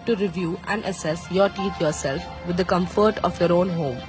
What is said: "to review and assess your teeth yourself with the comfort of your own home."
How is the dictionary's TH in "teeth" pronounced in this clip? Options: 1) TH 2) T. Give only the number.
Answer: 2